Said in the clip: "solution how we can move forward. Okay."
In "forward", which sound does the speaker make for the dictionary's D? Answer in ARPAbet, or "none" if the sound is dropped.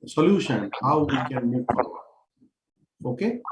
none